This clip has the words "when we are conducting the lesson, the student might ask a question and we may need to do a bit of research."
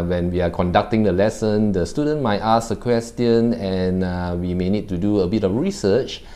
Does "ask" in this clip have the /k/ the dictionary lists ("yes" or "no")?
no